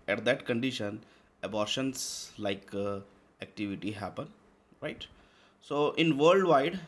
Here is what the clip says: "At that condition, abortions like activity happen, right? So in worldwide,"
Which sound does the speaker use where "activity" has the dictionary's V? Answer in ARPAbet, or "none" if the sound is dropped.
V